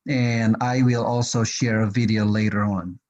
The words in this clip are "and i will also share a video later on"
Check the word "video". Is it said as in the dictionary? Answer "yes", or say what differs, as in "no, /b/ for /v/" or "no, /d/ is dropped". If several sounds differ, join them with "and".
yes